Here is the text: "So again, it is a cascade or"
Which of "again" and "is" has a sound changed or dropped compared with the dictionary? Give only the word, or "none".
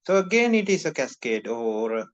is